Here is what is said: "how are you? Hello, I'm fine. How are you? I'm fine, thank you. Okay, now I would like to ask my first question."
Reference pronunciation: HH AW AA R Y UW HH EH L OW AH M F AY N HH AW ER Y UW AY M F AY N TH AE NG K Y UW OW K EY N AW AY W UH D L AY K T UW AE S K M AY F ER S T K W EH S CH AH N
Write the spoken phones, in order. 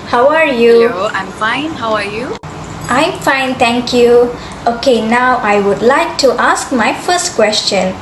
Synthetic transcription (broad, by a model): HH AW AA R Y UW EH AA AH M F AY N HH AW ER Y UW AY M F AY N T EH NG K Y UW OW K EY N AW AY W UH D L AY K T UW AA S K M AY F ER S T K W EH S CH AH N